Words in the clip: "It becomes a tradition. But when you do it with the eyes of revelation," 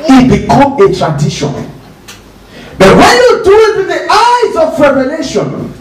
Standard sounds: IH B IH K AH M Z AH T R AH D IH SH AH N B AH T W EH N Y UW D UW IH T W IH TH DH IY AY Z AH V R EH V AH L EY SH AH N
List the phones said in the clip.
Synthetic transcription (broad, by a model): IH B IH K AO M AH T R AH D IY SH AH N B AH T W EH N Y UW D UW IH T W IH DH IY AY Z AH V R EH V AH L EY SH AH N